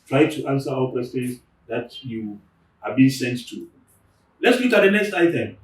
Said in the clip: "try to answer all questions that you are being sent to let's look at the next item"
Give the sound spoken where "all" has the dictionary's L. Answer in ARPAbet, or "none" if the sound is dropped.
W